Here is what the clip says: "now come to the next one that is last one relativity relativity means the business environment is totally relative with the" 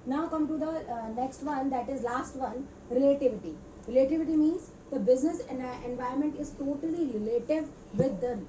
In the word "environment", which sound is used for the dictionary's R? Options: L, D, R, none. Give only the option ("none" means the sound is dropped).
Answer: none